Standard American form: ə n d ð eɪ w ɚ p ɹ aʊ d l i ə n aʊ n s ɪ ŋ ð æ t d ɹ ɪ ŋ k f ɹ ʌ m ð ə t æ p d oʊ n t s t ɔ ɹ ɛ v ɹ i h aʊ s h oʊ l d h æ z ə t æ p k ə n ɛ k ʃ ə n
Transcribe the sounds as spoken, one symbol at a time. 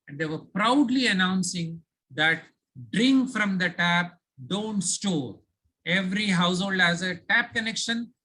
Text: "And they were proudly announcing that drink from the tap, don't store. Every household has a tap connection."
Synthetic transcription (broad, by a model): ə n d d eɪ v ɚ p ɹ aʊ d l i ə n aʊ n s ɪ ŋ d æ t d ɹ ɪ ŋ k f ɹ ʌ m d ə t æ p d oʊ n t s t ɔ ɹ ɛ v ɹ i h aʊ s h oʊ l d h æ z ə t æ p k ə n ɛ k ʃ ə n